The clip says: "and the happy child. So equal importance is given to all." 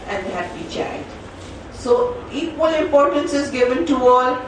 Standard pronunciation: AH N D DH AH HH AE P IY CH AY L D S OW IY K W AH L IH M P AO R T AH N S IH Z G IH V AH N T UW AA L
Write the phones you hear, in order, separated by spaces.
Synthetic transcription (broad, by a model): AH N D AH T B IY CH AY D S OW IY K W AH L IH M P AO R T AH N S IH Z G IH V AH N T UW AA L